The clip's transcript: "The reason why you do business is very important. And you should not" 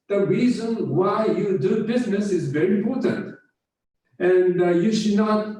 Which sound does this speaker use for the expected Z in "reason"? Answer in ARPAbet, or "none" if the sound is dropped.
Z